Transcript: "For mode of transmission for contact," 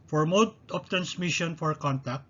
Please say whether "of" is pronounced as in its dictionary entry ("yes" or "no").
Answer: no